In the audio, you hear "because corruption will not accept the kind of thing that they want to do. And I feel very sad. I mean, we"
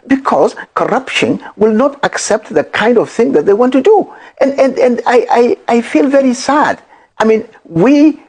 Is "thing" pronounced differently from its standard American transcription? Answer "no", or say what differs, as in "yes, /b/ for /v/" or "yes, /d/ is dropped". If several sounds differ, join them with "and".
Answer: no